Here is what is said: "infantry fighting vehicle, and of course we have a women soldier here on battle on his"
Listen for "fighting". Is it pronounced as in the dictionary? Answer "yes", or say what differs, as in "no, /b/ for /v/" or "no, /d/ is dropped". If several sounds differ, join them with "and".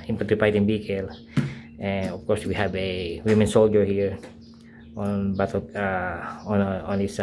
no, /p/ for /f/